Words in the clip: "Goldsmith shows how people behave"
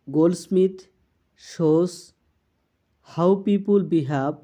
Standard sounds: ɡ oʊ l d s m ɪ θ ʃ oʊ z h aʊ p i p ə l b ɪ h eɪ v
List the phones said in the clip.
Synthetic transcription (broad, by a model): ɡ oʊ l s m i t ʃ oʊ s h aʊ p i p ə l b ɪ h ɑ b